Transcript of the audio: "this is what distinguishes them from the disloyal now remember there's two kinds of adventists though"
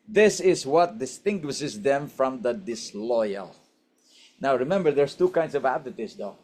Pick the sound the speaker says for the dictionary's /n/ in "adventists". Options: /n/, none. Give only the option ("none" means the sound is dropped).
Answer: none